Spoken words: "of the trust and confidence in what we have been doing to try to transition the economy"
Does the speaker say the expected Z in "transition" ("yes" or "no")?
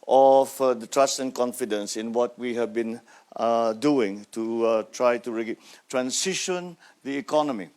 no